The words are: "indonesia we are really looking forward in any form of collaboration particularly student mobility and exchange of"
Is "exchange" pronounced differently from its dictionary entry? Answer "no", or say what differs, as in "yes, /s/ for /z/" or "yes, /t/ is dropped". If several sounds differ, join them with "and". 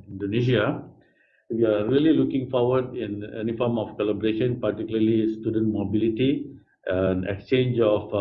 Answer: no